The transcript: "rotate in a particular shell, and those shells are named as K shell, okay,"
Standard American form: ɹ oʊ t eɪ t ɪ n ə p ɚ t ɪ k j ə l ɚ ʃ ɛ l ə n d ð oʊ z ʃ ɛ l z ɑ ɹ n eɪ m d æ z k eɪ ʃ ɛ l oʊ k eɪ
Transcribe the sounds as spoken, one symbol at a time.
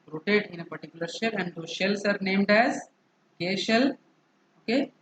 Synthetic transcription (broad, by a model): ɹ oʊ t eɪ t ɪ n ə p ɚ t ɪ k j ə l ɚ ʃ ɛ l ə n d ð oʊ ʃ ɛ l s ɑ ɹ n eɪ m d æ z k eɪ ʃ ɛ l oʊ k eɪ